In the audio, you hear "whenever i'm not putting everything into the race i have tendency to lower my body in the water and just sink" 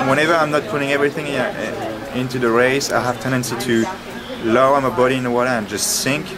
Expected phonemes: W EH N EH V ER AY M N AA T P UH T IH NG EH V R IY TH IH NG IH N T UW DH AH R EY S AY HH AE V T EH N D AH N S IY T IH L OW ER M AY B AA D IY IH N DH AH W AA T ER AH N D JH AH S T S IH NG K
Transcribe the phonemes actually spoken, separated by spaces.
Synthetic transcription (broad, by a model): W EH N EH V ER AY M N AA T P UH T IH NG EH V R IY TH IH NG IH N T UW DH AH R EY S AY HH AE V T EH N D AH N S IY T IH L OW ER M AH B AA D IY IH N DH AH W AA T ER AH N JH AH S T S IH NG K